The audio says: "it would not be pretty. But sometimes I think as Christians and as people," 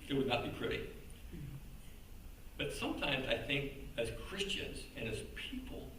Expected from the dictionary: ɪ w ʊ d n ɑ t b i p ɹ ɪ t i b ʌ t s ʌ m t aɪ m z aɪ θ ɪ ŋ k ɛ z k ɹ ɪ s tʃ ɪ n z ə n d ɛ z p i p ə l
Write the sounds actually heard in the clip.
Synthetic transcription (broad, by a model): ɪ w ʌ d n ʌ t b i p ɹ ɪ t i b ʌ t s ʌ m t aɪ m z aɪ θ ɪ ŋ k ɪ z k ɹ ɪ s tʃ ɪ n z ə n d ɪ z p i p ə l